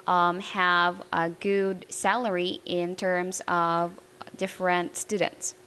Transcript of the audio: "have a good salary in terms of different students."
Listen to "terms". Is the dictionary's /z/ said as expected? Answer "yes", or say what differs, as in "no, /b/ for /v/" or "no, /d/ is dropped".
yes